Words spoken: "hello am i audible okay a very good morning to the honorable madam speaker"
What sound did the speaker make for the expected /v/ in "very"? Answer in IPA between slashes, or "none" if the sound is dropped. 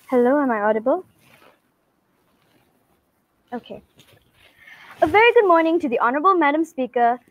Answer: /v/